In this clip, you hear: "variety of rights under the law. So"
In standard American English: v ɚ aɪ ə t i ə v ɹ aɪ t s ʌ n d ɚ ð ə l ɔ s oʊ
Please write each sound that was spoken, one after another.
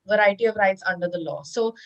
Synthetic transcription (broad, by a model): v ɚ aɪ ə t i ə v ɹ aɪ t s ʌ n d ɚ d ə l ɔ s oʊ